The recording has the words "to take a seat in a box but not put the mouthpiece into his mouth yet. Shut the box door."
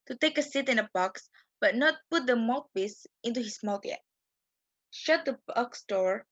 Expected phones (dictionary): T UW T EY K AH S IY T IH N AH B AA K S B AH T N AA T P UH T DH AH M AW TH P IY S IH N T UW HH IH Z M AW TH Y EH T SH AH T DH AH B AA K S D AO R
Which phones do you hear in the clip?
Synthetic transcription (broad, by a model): T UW T EY K AH S IY T IH N AH B AA K S B AH T N AA T P UH T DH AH M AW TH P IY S IH N T UW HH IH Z M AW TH Y EH T SH AH T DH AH B AA K S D AO R